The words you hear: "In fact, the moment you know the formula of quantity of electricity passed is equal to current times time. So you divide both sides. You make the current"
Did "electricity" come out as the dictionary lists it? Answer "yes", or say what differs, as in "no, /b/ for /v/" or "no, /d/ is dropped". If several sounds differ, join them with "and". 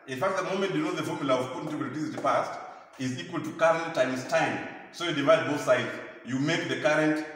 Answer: no, /k/ is dropped and /ɹ/ is dropped